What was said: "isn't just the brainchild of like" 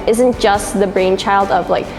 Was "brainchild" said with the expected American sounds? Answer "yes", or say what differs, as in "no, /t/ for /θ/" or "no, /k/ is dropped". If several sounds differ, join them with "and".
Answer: yes